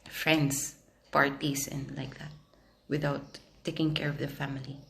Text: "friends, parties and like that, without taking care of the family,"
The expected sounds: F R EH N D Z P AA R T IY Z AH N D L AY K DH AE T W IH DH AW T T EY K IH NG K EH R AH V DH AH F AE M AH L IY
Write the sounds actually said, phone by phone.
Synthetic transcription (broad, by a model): F R EH N D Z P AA R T IY S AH N L AY K DH AE T W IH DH AW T T EY K IH NG K EH R AH V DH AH F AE M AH L IY